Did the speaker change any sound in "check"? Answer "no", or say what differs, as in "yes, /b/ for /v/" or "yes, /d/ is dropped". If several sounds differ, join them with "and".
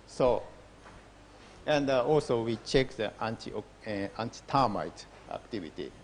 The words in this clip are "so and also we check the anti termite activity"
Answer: no